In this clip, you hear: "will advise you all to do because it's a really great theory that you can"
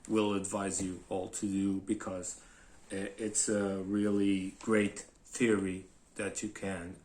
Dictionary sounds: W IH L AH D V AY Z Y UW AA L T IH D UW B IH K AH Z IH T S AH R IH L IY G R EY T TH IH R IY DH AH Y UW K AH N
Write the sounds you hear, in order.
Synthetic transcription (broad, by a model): W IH L AH D V AY Z Y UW AA L T IH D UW B IH K AH Z IH T S AH R IH L IY G R EY T TH IH R IY DH AH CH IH K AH N